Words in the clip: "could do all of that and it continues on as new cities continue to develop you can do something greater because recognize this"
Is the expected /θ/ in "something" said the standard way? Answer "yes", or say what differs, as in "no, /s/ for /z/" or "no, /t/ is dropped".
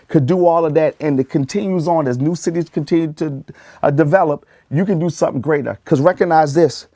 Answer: yes